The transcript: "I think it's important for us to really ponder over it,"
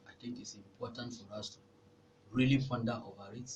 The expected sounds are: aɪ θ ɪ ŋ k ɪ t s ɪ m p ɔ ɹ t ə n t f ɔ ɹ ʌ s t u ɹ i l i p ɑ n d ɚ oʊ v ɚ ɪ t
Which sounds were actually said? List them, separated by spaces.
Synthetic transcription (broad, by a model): aɪ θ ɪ ŋ k ɪ t s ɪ m p ɔ t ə n t f ɔ ɹ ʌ s t u ɹ i l i f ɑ n d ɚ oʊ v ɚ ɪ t